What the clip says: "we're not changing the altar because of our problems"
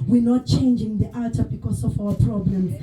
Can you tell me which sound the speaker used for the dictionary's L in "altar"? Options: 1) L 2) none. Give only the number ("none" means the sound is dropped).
2